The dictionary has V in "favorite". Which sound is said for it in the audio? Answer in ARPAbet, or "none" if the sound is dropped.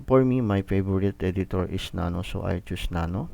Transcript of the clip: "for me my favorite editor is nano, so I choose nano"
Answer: B